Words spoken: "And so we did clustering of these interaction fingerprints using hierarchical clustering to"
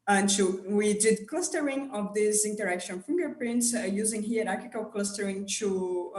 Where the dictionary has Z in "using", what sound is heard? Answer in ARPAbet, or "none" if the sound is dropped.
Z